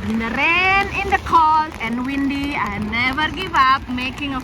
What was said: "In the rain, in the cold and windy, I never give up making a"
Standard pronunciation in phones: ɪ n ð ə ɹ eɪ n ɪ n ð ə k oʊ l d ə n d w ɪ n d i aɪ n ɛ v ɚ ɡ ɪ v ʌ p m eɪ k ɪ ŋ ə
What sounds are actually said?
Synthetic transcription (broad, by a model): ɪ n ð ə ɹ eɪ n ɪ n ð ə k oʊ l ə n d w ɪ n d i aɪ n ɛ v ɚ ɡ ɪ v ʌ p m eɪ k ɪ ŋ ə